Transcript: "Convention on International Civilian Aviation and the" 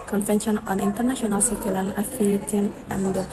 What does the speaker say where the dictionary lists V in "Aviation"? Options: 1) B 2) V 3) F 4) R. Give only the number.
3